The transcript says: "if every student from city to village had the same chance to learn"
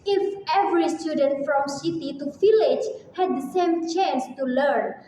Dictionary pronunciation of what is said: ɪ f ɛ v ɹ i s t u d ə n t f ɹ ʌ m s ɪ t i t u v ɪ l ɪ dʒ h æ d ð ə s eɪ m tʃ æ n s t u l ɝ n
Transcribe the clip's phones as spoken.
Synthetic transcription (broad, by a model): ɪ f ɛ v ɹ i s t u d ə n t f ɹ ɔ m s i t i t u f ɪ l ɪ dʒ h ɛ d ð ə s eɪ m tʃ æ n s t u l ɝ n